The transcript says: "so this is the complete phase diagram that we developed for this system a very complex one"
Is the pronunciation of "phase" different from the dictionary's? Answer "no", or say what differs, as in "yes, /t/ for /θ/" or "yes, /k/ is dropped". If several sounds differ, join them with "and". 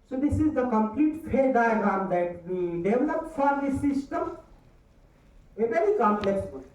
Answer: yes, /z/ is dropped